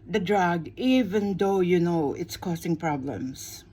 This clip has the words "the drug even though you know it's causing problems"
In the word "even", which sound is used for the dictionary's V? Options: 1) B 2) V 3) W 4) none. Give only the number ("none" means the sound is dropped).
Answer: 2